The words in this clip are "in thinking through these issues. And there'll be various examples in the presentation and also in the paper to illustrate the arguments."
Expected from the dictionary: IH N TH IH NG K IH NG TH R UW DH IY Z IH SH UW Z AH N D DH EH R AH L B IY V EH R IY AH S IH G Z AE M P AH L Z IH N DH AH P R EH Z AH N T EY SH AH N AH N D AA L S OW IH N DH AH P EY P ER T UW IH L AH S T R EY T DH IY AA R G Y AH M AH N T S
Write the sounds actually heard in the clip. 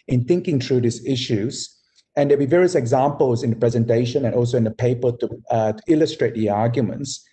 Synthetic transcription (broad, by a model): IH N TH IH NG K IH NG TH R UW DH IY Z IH SH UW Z AH N D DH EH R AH B IY V EH R IY AH S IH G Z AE M P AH L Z IH N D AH P R EH Z AH N T EY SH AH N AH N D AA L S OW IH N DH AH P EY P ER T UW IH L AH S T R EY T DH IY AA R G Y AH M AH N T S